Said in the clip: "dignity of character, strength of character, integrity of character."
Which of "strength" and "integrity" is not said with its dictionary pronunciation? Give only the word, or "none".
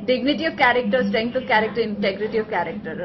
strength